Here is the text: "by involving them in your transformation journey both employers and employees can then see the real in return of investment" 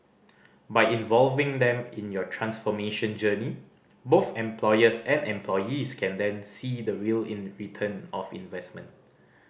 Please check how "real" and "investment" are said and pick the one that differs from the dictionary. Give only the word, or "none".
none